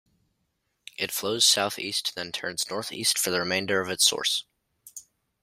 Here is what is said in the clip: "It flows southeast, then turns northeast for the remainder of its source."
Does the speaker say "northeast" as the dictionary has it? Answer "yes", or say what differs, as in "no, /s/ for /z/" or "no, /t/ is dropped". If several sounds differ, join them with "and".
yes